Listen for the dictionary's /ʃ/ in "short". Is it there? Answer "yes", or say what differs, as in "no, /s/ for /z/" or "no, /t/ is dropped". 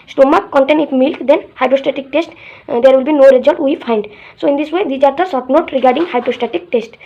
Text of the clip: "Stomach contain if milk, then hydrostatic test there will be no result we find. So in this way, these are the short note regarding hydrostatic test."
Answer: no, /s/ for /ʃ/